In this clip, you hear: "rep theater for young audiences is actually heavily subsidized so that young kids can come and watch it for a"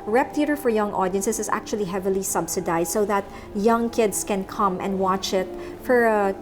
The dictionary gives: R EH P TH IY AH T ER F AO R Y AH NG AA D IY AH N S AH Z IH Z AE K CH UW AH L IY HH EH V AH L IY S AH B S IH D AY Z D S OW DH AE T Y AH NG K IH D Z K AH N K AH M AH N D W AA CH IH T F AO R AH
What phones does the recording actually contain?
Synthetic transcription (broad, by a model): R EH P T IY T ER F AO R Y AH NG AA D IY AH N S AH S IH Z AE K CH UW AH L IY HH EH V AH L IY S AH B S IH D AY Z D S OW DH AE T Y AH NG K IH D S K AH N K AH M AH N D W AA CH IH T F AO R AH